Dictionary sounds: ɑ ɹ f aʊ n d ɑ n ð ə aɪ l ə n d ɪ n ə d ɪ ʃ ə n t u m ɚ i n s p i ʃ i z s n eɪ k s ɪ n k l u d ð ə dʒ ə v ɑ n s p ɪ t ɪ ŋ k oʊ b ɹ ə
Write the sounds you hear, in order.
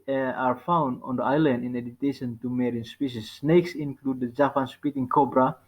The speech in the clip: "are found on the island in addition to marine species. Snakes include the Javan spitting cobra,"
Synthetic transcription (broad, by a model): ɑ ɹ f aʊ n d ɑ n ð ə aɪ l ə n d ɪ n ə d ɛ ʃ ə n t u m ɚ i n s p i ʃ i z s n eɪ k s ɪ n k l u d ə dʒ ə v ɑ n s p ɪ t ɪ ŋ k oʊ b ɹ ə